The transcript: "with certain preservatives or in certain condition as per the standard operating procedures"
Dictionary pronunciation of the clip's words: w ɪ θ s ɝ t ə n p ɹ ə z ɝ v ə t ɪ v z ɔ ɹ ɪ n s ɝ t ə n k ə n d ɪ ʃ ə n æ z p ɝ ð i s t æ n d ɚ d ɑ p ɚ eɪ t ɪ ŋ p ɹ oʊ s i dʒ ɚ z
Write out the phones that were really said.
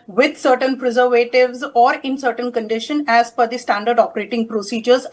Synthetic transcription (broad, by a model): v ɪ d s ɝ t ə n p ɹ ə z ɝ v ə t ɪ v z ɔ ɹ ɪ n s ɝ t ə n k ə n d ɪ ʃ ə n æ z f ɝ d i s t æ n d ɚ d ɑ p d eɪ t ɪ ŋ p ɹ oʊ s i dʒ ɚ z